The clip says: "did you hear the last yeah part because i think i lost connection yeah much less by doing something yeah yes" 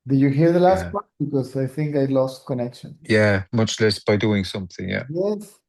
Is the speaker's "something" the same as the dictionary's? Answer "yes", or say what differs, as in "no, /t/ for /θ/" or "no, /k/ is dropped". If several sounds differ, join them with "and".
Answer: yes